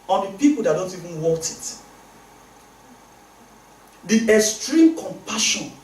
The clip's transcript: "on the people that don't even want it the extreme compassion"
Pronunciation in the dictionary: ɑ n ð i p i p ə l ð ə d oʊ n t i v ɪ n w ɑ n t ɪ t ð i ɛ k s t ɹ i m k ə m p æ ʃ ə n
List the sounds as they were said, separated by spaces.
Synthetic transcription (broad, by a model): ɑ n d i p i p ə l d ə d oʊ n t i v ɪ n w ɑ t ɪ t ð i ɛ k s t ɹ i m k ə m p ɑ ʃ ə n